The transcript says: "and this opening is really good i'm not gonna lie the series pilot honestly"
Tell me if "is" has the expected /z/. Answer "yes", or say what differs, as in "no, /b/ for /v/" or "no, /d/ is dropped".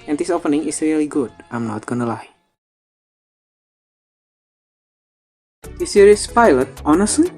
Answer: no, /s/ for /z/